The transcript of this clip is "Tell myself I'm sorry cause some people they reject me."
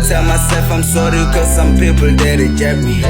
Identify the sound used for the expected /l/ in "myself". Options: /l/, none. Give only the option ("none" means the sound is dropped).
none